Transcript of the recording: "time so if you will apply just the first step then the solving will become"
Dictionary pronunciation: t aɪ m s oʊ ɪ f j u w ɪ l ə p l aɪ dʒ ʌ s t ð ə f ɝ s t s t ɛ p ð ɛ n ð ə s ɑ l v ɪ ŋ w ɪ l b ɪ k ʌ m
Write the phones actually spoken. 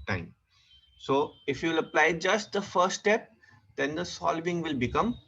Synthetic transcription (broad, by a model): t aɪ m s oʊ ɪ f j u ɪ l ə p l aɪ dʒ ʌ s t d ə f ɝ t s t ɛ p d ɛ n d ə s ɑ l v ɪ ŋ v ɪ l b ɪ k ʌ m